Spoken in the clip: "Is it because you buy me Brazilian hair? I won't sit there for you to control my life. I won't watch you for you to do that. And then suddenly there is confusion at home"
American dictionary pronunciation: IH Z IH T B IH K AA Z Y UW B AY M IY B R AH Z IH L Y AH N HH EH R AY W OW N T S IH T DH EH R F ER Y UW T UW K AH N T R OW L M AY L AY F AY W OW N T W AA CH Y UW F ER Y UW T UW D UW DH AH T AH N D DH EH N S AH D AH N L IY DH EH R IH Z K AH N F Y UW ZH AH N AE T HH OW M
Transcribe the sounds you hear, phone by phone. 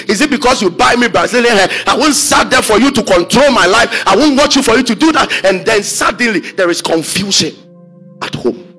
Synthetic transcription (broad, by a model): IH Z IH T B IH K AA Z Y UW B AY M IY B AH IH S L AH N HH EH AY W OW N T S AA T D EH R F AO Y UW T UW K AH N T R OW L M AY L AY F AY W OW N T W AA CH Y UW F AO Y UW T UW D UW DH AH T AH N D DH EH N S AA D N L IY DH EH R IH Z K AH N F Y UW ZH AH N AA T HH OW M